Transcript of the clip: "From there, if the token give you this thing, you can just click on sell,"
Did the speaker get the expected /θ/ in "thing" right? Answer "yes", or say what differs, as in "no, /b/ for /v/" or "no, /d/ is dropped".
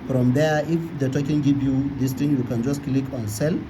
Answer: no, /t/ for /θ/